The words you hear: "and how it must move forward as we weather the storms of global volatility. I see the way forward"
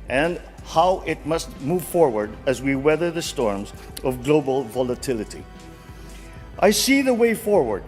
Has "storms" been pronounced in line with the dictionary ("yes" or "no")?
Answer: yes